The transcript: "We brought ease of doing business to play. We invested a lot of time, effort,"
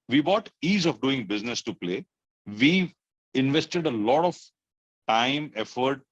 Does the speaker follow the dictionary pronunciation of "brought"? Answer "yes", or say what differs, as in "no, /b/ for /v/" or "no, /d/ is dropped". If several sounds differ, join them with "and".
no, /ɹ/ is dropped